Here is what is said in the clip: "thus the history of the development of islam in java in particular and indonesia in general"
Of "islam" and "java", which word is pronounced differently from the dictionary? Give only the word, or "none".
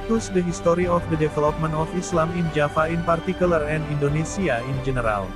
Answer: java